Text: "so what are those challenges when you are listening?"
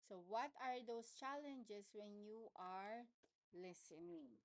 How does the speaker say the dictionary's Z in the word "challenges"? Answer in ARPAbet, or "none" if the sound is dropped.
S